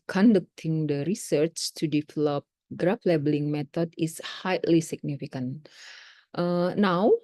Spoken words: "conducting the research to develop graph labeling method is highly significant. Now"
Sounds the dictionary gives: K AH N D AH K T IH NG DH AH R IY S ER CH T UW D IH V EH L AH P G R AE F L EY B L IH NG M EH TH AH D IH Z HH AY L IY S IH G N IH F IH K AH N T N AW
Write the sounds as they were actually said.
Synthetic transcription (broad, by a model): K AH N D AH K T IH NG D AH R IY S ER CH T UW D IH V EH L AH P G R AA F L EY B L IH NG M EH T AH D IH S HH AY L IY S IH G N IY F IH K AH N T N AW